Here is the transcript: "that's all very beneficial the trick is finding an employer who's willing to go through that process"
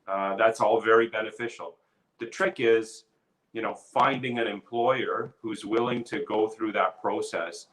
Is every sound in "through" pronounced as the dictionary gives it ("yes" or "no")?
yes